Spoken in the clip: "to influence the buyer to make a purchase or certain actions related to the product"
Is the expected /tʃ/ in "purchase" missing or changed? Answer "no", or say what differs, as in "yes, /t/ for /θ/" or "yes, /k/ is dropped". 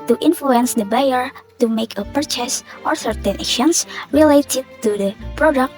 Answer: no